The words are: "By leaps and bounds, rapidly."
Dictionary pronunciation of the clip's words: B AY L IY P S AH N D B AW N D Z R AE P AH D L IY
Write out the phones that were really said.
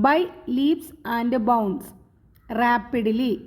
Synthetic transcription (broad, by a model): B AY L IY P S AH N D B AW N D S R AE P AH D L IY